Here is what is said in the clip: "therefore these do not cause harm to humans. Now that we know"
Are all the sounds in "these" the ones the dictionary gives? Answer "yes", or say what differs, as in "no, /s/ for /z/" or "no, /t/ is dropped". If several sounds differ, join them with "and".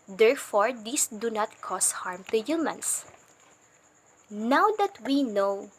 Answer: no, /s/ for /z/